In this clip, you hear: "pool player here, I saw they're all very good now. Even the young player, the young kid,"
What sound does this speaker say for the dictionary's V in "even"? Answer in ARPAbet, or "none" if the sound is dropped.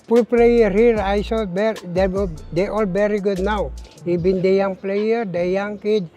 B